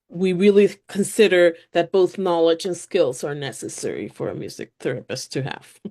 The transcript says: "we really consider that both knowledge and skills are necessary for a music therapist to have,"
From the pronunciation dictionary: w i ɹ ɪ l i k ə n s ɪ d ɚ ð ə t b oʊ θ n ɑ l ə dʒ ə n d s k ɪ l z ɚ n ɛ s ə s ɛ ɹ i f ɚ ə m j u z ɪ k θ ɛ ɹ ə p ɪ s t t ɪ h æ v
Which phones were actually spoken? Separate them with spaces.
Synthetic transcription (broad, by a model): w i ɹ ɪ l i k ə n s ɪ d ɚ ð ə t b oʊ θ n ɑ l ə dʒ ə n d s k ɪ l z ɚ n ɛ s ə s ɛ ɹ i f ɚ ə m j u z ɪ k θ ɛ ɹ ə p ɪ s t t ɪ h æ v